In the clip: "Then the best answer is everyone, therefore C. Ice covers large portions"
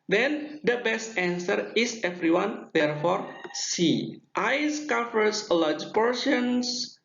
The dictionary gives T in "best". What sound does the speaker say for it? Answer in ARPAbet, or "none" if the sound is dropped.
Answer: T